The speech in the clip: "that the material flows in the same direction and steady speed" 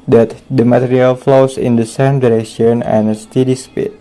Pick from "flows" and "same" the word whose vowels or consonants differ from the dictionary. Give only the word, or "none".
flows